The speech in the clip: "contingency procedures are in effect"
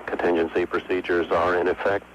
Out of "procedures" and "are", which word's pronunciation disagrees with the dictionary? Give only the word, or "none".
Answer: none